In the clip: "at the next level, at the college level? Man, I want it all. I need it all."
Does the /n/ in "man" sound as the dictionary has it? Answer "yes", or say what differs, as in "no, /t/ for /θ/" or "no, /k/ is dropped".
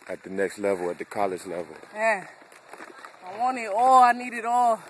no, /n/ is dropped